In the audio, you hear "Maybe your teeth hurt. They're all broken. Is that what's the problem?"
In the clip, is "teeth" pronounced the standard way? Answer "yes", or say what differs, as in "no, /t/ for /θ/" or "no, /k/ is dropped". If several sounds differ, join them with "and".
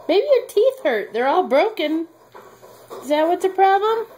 yes